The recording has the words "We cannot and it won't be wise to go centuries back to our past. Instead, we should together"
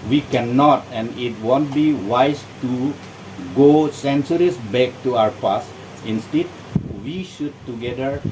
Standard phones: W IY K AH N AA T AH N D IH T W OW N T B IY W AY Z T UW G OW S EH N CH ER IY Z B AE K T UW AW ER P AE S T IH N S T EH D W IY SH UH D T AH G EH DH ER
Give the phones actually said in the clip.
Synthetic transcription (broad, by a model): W IY K AH N AA T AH N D IH T W OW N T B IY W AY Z T UW G OW S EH N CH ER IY S B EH K T UW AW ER P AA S IH N S T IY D W IY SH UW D T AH G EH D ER